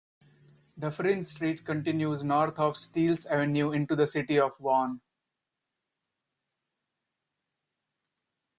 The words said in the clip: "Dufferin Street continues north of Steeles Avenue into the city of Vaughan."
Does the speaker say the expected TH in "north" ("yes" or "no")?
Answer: no